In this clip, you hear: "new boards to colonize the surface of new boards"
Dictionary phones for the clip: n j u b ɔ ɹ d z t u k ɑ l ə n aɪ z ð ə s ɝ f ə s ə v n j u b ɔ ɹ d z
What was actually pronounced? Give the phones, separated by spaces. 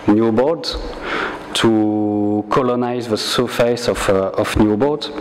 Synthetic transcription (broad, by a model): n j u b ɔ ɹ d t u k ɑ l ə n aɪ z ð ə s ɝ f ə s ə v n j u b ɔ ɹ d